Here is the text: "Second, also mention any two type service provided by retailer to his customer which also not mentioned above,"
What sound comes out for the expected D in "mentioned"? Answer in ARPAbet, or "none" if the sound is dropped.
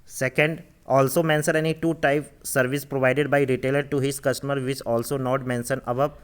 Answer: none